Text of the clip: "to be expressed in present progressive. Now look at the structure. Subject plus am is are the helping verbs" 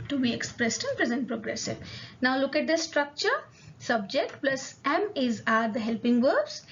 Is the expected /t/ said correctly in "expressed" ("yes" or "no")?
yes